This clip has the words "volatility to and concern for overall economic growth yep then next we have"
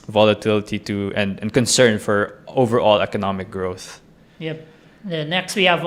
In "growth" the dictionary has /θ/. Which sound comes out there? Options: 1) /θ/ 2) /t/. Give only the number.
1